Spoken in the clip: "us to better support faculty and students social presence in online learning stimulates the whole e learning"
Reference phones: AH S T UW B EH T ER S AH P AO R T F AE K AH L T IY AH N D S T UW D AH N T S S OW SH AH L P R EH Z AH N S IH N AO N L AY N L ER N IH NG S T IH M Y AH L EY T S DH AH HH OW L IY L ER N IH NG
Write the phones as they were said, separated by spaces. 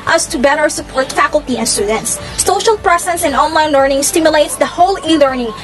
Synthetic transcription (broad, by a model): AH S T UW B EH T ER S AH P AO R T F AE K AH L T IY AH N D S T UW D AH N T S S OW SH AH L P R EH S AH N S IH N AO N L AY N L ER N IH NG S T IH M Y AH L EY T S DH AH HH OW L IY L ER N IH NG